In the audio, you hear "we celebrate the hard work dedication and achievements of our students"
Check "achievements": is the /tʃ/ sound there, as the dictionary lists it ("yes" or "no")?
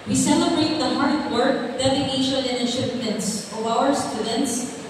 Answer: no